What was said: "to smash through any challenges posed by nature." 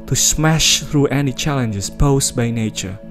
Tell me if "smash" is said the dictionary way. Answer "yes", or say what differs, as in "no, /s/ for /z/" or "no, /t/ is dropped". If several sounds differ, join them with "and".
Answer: yes